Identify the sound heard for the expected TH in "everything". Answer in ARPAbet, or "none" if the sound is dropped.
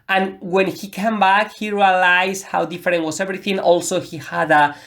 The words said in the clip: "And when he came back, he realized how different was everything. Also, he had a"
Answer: TH